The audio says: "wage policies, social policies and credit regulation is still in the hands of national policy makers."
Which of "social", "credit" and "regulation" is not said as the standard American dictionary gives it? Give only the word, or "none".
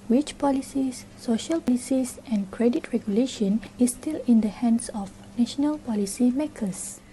none